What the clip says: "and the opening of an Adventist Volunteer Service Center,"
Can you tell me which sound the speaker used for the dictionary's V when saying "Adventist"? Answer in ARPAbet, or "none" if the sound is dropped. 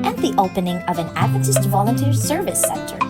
none